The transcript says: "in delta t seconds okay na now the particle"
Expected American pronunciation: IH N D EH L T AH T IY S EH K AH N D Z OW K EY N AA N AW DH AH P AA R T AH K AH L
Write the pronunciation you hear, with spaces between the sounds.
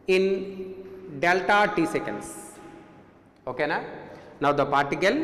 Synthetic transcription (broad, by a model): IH N D EH L T AH T IY S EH K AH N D S OW K EY N AA N AW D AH P AA R T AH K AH L